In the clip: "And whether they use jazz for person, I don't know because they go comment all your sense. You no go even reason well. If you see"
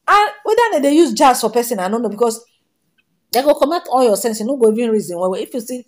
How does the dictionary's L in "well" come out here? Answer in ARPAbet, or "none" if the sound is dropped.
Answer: W